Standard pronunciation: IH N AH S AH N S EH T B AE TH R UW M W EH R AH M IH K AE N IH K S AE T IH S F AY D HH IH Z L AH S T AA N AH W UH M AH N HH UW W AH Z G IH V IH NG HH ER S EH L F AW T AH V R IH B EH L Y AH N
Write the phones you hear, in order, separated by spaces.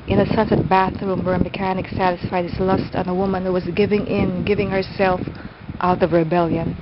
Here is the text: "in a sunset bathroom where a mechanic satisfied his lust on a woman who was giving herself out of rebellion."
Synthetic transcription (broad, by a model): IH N AH S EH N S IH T B AE TH R UW M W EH R AH M IH K AE N IH K S AE T IH S F AY D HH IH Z L AH S T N AH W UH M AH N HH UW W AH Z G IH V IH NG HH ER S EH L F AW T AH V R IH B EH L Y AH N